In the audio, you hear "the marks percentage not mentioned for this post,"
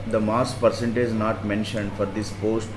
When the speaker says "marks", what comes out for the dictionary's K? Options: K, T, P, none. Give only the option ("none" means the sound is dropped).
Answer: none